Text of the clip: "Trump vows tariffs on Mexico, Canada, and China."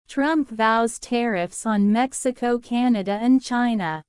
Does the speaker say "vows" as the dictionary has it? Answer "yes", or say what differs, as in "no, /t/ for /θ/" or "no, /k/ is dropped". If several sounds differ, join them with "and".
yes